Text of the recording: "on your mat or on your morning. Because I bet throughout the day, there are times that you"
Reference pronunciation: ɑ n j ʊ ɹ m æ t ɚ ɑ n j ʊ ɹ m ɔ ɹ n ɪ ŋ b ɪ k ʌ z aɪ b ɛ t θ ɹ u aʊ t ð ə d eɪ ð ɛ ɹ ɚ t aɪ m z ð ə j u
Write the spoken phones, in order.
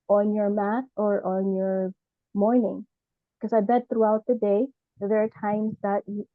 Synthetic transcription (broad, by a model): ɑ n j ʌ ɹ m æ t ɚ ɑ n j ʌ ɹ m ɔ ɹ n ɪ ŋ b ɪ k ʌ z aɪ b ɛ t θ ɹ u aʊ t ð ə d eɪ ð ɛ ɹ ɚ t aɪ m z ð ə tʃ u